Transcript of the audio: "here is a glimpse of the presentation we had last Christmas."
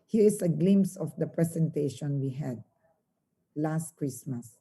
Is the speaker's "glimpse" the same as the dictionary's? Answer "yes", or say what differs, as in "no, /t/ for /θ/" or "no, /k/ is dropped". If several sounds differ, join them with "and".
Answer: no, /p/ is dropped